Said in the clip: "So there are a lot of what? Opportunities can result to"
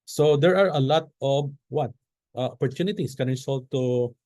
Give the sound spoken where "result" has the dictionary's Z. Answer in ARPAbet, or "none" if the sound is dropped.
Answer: S